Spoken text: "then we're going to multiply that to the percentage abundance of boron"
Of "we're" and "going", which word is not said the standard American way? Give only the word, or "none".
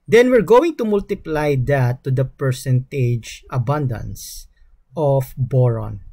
none